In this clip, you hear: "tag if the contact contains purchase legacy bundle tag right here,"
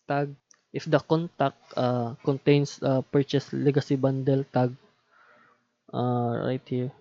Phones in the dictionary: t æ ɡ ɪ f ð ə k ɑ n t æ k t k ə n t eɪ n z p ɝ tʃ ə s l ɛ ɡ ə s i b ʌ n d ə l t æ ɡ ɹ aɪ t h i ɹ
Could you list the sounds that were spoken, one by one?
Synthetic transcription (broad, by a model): t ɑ ɡ ɪ f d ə k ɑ n t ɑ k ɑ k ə n t eɪ n s p ɝ tʃ ə s l ɛ ɡ ə s i b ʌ n d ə l t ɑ ɡ ɹ aɪ t h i ɹ